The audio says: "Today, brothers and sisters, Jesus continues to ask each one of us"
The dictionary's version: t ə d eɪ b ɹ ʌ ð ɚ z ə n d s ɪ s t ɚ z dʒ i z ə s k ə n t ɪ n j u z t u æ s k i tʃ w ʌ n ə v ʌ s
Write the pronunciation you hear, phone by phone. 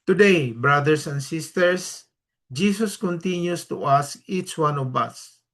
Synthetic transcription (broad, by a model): t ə d eɪ b ɹ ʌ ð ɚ s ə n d s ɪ s t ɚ s dʒ i s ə s k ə n t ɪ n j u s t u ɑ s k i tʃ w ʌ n ə v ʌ s